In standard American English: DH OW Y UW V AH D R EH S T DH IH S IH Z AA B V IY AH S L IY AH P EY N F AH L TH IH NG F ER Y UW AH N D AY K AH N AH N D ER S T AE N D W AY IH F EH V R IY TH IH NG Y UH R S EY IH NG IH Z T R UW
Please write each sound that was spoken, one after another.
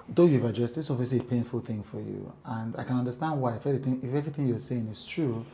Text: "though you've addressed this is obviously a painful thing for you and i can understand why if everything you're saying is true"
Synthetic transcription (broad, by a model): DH OW Y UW V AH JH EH S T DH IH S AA V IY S IY P EY N F AH L TH IH NG F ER Y UW AH N D AY K AH N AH N D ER S T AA N D W AY IH F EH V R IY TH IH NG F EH R S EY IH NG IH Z T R UW